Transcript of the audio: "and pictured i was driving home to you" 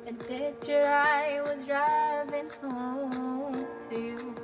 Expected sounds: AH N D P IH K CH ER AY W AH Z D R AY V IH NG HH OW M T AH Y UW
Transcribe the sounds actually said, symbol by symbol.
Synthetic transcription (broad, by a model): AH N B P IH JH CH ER AY W AH Z D R AY V IH NG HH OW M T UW